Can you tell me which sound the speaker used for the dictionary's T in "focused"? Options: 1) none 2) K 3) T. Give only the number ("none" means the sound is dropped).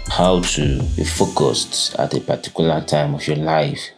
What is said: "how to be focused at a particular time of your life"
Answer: 3